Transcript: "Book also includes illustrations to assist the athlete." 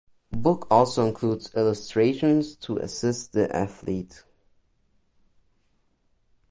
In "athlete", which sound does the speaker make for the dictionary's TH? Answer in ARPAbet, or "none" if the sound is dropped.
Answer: TH